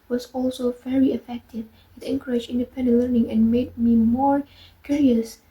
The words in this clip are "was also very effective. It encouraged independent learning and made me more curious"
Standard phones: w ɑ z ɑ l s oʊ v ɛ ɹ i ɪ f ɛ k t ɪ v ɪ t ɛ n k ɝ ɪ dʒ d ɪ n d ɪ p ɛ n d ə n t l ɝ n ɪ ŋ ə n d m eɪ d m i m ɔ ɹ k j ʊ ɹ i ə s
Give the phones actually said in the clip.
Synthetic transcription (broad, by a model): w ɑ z ɑ l s oʊ v ɛ ɹ i ɪ f ɛ k t ɪ v ɪ t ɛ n k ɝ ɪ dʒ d ɪ n d ɪ p ɛ n d ə n t l ɝ n ɪ ŋ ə n m eɪ d m i m ɔ ɹ k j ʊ ɹ i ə s